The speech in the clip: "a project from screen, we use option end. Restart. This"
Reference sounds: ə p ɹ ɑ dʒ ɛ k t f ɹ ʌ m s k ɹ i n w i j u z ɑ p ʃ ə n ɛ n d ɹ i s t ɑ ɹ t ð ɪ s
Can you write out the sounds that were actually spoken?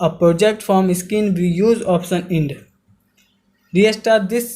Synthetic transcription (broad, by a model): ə p ɹ ɑ dʒ ɛ k t f ɹ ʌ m s k i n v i j u z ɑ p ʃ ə n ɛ n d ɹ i s t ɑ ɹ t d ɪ s